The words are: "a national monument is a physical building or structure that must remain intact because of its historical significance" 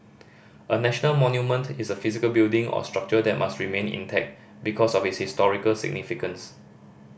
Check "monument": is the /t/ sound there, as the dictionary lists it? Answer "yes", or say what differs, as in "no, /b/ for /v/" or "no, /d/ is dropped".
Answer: yes